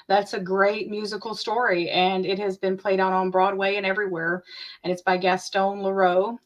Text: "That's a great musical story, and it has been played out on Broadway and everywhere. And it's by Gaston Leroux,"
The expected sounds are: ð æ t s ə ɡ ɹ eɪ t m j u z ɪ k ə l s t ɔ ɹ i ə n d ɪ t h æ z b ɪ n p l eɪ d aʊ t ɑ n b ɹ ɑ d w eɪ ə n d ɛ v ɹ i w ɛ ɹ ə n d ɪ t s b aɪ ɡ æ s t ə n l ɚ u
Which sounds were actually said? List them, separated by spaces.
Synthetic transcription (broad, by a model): ð æ t s ə ɡ ɹ eɪ t m j u z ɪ k l s t ɔ ɹ i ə n ɪ t h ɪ z b ɪ n p l eɪ d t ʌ n b ɹ ɑ d w eɪ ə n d ɛ v ɹ i w ɛ ɹ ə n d ɪ t s b aɪ ɡ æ s t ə n l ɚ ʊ